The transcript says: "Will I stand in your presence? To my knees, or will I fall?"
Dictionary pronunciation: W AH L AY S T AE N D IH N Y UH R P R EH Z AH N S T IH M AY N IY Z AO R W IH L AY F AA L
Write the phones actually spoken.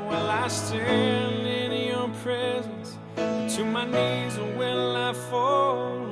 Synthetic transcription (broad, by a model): W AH L AY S T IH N IH N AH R P R EH Z AH N S T IH M AY N IY Z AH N W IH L AY F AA L